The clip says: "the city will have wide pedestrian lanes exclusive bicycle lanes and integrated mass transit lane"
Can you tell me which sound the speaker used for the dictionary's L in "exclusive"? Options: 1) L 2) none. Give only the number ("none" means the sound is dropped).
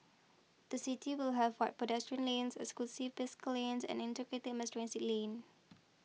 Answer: 2